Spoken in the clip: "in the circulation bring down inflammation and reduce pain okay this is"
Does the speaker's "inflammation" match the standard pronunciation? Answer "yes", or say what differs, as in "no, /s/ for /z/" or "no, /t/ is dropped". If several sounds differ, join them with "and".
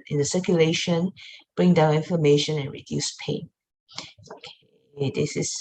no, /l/ is dropped